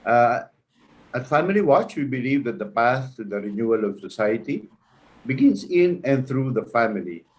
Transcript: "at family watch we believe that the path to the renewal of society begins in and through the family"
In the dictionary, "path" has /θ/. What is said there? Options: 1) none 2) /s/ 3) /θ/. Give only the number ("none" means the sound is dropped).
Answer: 2